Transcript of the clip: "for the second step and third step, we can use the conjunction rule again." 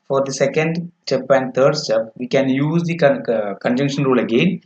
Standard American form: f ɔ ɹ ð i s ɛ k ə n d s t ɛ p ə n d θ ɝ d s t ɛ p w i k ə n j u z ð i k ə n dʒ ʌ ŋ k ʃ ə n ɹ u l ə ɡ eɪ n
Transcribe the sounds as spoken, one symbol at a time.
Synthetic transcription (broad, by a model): f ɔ ɹ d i s ɛ k ə n d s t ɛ p ə n d t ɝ d s t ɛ p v i k ə n j u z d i k ə n dʒ ʌ ŋ k ʃ ə n ɹ u l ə ɡ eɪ n